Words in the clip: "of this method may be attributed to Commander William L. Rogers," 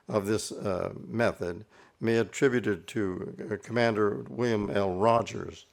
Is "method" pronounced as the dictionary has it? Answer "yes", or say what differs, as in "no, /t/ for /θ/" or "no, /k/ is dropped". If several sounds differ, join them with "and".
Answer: yes